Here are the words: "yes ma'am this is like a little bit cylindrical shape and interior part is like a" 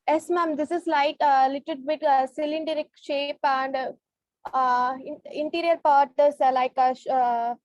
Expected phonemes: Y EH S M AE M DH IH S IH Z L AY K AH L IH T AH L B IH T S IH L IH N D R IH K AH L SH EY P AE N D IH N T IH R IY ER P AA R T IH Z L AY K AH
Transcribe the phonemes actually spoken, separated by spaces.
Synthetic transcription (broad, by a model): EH S M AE M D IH S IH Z L AY K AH L IH T AH L B IH T S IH L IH N D IH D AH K SH EY P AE N D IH N T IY R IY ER P AA R T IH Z L AY K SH